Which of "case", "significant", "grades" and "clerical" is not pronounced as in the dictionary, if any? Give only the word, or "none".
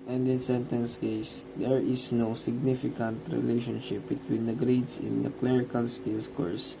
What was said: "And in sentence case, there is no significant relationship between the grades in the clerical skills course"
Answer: grades